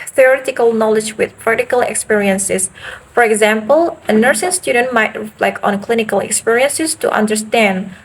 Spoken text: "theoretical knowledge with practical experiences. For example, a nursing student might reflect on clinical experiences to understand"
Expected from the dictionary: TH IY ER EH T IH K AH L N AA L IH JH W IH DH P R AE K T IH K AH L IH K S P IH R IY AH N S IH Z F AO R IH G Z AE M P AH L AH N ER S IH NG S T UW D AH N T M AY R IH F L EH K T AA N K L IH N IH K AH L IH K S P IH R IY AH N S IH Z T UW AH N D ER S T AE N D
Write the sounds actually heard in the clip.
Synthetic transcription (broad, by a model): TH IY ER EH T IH K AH L N AA L IH JH W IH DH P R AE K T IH K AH L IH K S P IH R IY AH N S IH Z F AO R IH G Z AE M P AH L AH N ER S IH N S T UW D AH N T M AY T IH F L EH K AA N K L IH N IH K AH L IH K S P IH R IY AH N S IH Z T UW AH N D ER S T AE N D